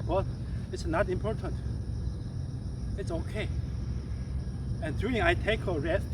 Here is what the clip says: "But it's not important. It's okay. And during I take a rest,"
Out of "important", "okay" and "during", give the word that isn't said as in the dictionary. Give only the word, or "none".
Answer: during